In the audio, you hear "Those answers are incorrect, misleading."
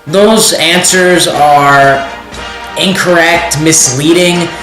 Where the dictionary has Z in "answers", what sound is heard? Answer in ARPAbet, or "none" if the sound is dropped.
Z